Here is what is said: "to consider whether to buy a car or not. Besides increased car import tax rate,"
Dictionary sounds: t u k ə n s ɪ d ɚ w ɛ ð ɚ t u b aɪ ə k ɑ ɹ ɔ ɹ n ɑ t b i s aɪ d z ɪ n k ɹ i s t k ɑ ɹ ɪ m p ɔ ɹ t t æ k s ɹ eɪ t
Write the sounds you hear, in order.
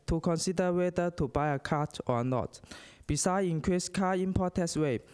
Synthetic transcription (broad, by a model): t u k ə n s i d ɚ w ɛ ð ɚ t u b aɪ ə k ɑ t ɔ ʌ n ɑ t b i s aɪ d ɪ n k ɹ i s k ɑ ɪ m p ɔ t t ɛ s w eɪ